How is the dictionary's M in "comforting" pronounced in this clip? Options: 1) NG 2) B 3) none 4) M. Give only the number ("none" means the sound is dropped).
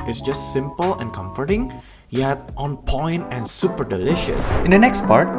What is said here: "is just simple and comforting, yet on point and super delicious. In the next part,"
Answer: 4